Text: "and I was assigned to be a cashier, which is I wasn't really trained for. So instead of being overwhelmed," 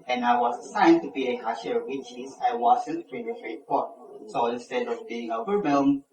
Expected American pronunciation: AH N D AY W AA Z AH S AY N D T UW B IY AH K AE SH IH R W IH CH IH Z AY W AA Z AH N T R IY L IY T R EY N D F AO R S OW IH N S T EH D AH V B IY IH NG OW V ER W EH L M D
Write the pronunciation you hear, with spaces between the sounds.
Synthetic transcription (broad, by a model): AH N AY W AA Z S AY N T UW B IY AH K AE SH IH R W IH CH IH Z AY W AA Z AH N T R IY N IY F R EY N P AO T S OW IH N S T EH D AH V B IY IH NG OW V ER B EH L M